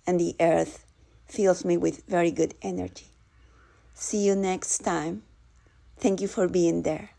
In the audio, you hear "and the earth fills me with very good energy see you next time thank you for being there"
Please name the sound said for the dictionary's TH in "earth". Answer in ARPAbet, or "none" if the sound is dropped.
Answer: TH